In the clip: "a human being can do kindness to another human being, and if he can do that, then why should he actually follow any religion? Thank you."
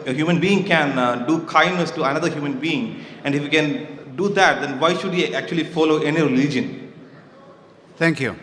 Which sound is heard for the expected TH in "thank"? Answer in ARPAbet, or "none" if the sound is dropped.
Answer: T